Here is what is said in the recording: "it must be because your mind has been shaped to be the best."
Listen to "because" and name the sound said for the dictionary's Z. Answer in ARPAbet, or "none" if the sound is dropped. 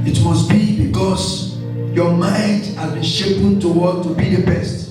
S